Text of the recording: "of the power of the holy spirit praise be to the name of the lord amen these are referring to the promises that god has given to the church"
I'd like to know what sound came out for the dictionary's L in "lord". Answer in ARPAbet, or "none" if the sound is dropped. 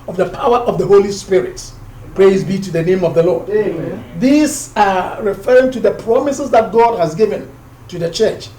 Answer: L